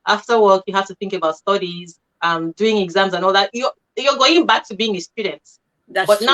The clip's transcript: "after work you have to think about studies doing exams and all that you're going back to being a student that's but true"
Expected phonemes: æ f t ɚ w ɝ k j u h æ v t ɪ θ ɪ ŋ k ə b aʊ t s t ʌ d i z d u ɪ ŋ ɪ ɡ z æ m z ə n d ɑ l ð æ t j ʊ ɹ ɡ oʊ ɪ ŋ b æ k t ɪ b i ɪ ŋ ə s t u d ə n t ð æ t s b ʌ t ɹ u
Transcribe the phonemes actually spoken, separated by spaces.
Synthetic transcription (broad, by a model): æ f t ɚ w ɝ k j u h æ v t ɪ θ ɪ ŋ k ə b aʊ t s t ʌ d i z d u ɪ ŋ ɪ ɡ z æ m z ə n ɑ l ð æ t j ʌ l ɡ oʊ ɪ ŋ b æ k t ɪ b i ɪ ŋ ə s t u d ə n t t b ʌ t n